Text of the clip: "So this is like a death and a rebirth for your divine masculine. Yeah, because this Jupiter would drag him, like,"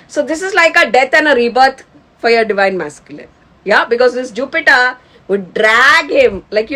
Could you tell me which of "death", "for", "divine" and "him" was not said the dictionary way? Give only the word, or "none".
death